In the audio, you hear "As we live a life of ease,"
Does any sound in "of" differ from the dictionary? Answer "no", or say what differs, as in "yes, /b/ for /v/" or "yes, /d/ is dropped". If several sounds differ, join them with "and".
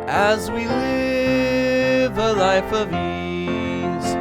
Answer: no